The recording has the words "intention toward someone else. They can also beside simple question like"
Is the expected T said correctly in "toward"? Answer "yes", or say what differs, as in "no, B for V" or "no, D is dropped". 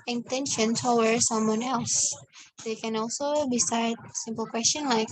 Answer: no, S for T